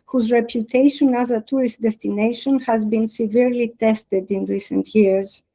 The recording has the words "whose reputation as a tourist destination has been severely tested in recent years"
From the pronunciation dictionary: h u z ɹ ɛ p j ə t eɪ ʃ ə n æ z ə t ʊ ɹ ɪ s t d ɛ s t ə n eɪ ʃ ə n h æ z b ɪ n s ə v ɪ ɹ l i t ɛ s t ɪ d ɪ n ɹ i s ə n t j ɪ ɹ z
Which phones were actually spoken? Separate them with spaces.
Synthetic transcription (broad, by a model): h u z ɹ ɛ p j ə t eɪ ʃ ə n æ z ə t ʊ ɹ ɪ s t d ɛ s t ə n eɪ ʃ ə n h æ z b ɪ n s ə v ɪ ɹ l i t ɛ s t ɪ d ɪ n ɹ i s ə n t j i ɹ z